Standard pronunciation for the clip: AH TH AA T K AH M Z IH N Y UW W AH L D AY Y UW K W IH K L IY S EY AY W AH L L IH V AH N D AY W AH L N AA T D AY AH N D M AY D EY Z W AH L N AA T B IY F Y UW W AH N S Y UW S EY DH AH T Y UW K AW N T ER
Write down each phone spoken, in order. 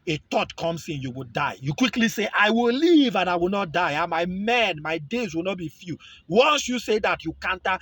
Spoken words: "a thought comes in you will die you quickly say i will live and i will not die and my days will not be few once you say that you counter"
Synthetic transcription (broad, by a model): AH T AA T K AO M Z IH N Y UW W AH D AY Y UW K W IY K L IY S EY AY W AH L L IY V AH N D AY W AH L N AA T D AY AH N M M AY D EY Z W AH L N AA T B IY F Y UW W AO N S Y UW S EY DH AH T Y UW K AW N T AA